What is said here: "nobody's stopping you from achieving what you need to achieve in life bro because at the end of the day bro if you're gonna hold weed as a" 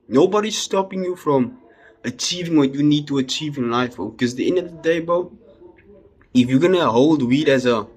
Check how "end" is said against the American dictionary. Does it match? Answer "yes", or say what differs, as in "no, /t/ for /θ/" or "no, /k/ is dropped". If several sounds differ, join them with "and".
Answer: yes